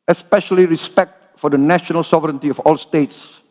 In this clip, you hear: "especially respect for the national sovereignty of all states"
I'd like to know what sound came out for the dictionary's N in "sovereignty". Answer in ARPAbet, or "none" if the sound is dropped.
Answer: N